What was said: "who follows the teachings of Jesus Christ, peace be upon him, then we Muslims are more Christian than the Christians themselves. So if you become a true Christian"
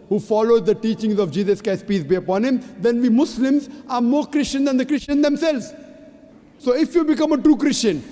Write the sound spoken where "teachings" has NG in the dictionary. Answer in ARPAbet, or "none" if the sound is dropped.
NG